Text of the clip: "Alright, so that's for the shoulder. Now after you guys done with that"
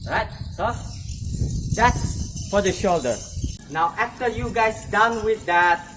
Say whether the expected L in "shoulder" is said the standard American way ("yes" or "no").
yes